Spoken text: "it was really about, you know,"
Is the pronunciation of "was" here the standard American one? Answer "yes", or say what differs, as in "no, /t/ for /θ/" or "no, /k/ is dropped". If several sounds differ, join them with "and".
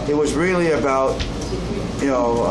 yes